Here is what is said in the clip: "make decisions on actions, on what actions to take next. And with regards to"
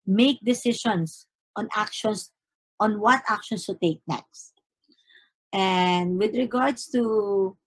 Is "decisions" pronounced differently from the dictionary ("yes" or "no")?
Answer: yes